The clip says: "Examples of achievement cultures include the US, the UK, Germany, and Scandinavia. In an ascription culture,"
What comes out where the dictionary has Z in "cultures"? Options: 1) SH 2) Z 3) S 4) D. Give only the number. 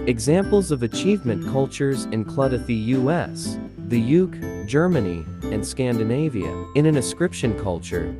2